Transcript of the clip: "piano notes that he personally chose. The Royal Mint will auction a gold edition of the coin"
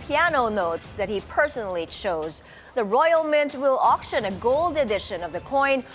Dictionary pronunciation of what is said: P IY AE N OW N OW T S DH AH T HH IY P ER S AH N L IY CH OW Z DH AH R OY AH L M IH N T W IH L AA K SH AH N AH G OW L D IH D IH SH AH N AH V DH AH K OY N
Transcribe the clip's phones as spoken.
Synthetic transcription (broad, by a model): P IY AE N OW N OW T S DH AH T HH IY P ER S AH N L IY CH OW Z DH AH R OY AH L M IH N T W IH L AA K SH AH N AH G OW L D IH D IH SH AH N AH V DH AH K OY N